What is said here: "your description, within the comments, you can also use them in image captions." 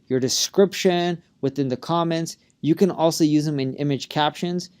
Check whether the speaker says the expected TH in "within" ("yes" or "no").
yes